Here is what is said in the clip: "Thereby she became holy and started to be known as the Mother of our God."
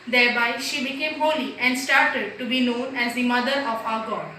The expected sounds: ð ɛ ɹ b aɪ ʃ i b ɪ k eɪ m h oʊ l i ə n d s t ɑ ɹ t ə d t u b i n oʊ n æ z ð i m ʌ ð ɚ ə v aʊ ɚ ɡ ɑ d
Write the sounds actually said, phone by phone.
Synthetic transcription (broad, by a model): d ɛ ɹ b aɪ ʃ i b ɪ k eɪ m h oʊ l i ə n d s t ɑ ɹ t ə d t u b i n oʊ n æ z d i m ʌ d ɚ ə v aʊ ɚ ɡ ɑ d